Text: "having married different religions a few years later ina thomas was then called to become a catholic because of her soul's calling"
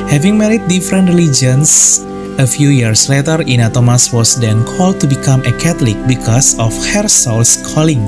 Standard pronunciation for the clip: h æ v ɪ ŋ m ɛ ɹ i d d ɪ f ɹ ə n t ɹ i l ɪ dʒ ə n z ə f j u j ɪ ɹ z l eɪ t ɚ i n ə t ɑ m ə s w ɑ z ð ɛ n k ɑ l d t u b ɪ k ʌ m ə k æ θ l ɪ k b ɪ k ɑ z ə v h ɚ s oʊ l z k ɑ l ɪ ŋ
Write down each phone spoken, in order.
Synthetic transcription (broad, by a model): h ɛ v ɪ ŋ m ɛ ɹ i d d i f ɹ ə n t ɹ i l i dʒ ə n s ə f j u j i ɹ s l eɪ t ɚ i n ə t ɑ m ə s w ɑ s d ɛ n k ɑ l d t u b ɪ k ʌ m ə k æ t l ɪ k b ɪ k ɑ s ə f h ɚ s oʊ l s k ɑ l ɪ ŋ